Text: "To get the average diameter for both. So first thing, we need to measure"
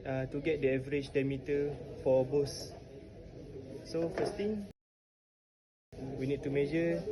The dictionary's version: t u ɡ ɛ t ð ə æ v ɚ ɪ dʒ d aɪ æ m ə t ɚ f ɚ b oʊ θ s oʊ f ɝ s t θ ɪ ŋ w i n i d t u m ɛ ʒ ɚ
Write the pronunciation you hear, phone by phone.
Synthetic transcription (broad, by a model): t u ɡ ɛ t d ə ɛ v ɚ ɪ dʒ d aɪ m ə t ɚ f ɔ b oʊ s s oʊ f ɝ s t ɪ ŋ w i n i d t u m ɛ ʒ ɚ